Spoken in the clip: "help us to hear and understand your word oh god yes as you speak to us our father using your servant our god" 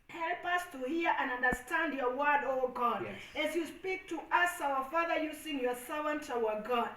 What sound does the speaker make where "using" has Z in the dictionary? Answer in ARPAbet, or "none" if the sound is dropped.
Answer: S